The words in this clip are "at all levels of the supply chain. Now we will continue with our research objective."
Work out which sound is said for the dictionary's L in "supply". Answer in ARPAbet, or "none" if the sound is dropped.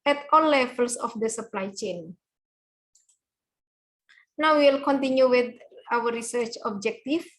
L